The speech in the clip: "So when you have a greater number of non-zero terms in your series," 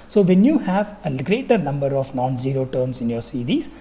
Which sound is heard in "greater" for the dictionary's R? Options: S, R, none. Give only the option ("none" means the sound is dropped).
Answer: R